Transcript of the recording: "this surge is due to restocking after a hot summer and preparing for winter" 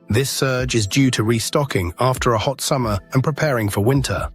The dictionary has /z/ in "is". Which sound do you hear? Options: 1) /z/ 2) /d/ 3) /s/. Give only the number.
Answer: 1